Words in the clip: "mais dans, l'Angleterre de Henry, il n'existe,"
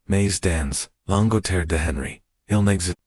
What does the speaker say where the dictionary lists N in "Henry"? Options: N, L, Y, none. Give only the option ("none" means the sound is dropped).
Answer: N